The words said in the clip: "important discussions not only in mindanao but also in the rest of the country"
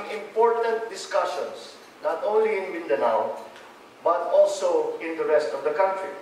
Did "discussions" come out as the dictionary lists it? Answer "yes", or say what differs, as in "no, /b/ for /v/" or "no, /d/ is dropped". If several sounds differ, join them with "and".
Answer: no, /s/ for /z/